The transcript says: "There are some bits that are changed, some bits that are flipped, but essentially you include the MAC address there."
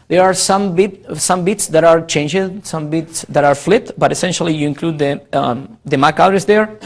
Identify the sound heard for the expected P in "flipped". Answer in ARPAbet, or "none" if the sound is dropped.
none